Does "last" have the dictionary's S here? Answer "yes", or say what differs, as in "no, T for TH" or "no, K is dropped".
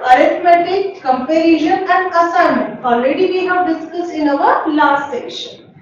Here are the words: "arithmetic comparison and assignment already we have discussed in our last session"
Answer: no, S is dropped